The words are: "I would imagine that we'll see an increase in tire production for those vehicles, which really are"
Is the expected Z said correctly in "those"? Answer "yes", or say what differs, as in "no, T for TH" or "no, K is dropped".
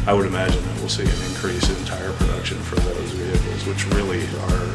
yes